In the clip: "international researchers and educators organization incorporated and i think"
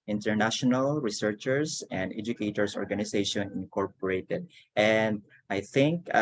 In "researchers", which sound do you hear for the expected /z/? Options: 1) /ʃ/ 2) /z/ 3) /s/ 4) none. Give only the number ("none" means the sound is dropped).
3